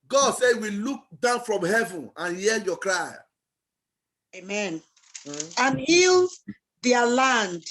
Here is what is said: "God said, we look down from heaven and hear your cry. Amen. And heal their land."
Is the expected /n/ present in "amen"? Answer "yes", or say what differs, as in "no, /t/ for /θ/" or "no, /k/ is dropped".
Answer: yes